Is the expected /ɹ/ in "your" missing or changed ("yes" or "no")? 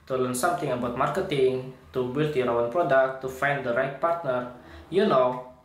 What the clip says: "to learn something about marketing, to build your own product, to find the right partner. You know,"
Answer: yes